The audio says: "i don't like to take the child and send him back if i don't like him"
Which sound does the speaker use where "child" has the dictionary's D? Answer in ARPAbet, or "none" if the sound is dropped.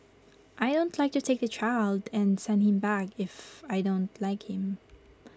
D